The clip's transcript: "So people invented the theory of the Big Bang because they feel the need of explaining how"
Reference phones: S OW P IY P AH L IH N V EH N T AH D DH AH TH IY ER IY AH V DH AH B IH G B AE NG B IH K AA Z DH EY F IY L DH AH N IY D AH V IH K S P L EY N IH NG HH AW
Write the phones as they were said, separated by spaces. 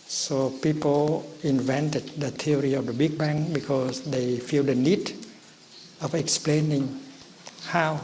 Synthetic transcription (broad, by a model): S OW P IY P AH L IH N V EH N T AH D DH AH T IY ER IY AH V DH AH B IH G B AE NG B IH K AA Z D EY F IY L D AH N IY D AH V IH K S P L EY N IH NG HH AW